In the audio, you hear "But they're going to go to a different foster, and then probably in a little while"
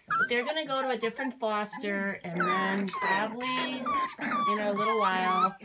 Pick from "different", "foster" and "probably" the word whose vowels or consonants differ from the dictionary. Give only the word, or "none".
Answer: probably